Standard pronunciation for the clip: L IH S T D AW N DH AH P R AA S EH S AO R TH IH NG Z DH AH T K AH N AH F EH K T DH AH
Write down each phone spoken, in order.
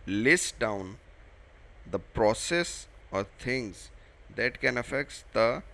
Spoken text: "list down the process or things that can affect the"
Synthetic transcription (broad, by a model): L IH S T D AW N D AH P R AA S EH S AO R T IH NG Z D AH T K AH N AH F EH K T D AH